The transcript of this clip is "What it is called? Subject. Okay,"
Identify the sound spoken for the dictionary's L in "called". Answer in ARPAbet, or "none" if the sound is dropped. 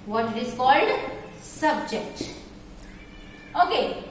L